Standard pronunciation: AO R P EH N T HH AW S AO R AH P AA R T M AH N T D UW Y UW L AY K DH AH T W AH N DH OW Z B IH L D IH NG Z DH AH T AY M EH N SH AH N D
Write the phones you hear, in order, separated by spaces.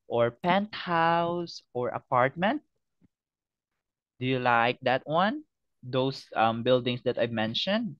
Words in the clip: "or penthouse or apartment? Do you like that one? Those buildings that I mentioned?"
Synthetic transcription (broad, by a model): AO R P EH N T HH AW S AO R AH P AA R T M AH N T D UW Y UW L AY K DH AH T W AH N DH OW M B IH L D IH NG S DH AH T AY M EH N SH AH N D